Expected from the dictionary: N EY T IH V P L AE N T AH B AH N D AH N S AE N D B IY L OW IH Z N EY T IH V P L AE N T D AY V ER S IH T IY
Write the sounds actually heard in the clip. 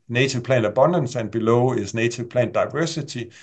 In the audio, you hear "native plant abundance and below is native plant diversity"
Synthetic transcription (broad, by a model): N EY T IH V P L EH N AH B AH N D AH N S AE N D B IY L OW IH S N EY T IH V P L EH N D AY V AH S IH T IY